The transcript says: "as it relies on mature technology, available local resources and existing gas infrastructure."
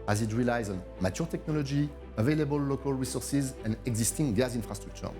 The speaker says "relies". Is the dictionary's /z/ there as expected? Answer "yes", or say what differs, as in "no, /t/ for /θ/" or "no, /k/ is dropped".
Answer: yes